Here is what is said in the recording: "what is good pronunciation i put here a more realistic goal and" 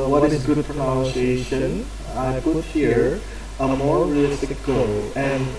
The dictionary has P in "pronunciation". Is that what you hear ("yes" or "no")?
no